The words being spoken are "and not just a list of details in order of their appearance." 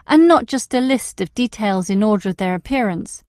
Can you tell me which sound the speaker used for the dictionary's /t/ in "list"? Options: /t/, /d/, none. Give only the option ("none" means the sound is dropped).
/t/